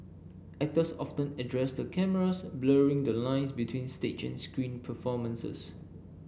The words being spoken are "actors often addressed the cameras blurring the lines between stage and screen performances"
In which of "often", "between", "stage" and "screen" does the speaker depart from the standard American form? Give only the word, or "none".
stage